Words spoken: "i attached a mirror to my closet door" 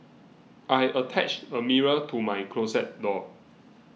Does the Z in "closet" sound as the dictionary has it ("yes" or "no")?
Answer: no